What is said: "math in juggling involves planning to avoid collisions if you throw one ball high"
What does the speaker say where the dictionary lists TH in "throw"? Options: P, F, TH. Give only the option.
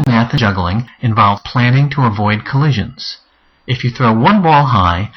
TH